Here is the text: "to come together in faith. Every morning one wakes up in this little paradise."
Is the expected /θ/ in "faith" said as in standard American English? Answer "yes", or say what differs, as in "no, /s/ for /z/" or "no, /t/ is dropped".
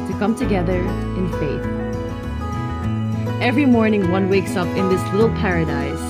yes